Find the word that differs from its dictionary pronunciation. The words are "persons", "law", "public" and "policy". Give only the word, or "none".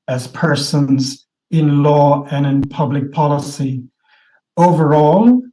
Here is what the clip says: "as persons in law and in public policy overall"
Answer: none